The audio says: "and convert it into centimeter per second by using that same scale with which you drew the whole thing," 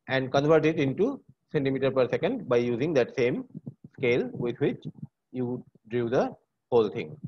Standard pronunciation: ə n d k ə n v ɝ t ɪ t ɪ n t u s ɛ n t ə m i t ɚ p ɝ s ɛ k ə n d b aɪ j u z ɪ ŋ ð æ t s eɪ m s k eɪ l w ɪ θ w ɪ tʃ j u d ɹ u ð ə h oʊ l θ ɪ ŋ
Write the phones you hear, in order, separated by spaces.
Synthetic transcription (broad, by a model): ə n d k ə n v ɝ t ɪ t ɪ n t u s ɛ n t ə m i t ɚ p ɝ s ɛ k ə n d b aɪ j u z ɪ ŋ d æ t s eɪ m s k eɪ l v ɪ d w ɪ tʃ j u d ɹ u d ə h oʊ l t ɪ ŋ